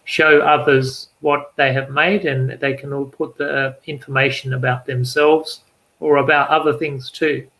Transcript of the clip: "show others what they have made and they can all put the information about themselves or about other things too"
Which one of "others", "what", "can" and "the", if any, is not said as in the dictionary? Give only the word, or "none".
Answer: none